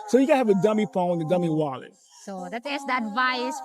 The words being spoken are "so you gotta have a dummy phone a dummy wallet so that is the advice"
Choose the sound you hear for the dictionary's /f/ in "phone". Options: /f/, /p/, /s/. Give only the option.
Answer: /p/